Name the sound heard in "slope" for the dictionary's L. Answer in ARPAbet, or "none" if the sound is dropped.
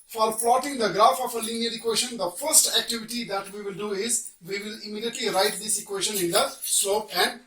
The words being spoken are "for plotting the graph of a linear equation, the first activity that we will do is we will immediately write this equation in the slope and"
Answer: none